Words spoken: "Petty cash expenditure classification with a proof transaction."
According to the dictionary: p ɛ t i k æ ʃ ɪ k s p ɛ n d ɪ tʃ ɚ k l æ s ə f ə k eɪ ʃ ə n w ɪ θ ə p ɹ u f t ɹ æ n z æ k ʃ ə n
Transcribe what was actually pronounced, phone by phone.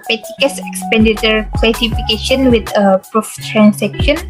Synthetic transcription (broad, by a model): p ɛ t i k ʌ s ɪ k s p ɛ n d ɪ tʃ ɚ k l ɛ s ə f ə k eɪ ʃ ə n w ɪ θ ə p ɹ u f t ɹ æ n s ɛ k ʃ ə n